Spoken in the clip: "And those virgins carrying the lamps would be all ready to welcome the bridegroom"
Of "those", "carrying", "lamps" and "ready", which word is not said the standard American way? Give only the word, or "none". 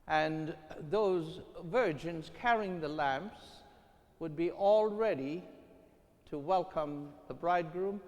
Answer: none